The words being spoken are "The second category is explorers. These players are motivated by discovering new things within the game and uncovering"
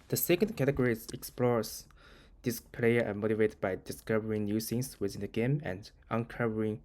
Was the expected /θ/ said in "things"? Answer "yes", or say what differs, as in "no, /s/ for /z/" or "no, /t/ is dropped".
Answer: no, /s/ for /θ/